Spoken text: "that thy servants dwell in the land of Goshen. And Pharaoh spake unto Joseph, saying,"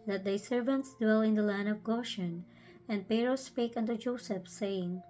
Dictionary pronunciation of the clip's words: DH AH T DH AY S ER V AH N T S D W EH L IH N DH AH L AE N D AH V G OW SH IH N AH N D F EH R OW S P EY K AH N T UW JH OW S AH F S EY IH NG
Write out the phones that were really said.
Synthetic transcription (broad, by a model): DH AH T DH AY S ER V AH N T S D W EH L IH N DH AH L AE N D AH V G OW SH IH N AH N D P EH R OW S P EY K AH N T UW JH OW S AH F S EY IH NG